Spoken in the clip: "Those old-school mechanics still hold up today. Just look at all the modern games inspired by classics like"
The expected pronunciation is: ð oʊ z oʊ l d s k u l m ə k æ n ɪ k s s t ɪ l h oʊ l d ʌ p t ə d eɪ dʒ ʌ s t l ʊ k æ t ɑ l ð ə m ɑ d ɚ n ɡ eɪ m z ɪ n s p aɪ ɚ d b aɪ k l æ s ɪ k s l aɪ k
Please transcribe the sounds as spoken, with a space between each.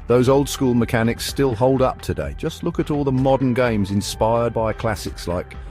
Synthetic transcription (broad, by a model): ð oʊ z oʊ l d s k u l m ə k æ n ɪ k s s t ɪ l h oʊ l d ʌ p t ə d eɪ dʒ ʌ s t l ʊ k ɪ t ɑ l ð ə m ɑ d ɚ n ɡ eɪ m z ɪ n s p aɪ ɚ d b aɪ k l æ s ɪ k s l aɪ k